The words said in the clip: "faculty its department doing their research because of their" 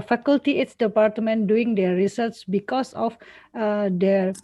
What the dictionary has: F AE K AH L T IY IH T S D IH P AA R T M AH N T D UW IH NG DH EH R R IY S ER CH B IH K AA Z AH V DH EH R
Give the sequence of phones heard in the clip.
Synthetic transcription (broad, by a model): F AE K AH L T IY IH T S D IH P AA R T M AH N D UW IH NG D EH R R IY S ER S B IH K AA S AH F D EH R